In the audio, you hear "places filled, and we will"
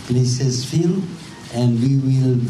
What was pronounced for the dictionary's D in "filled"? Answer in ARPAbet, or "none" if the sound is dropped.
none